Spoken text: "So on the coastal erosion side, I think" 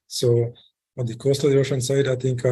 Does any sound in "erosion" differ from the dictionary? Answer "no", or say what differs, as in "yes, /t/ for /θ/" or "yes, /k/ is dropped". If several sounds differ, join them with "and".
yes, /ɹ/ is dropped and /ʃ/ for /ʒ/